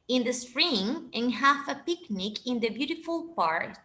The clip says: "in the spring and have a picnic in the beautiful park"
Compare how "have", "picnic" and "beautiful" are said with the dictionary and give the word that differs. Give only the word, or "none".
have